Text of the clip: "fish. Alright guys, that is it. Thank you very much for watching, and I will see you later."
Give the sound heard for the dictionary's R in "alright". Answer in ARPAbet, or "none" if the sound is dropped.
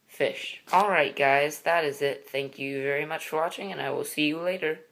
R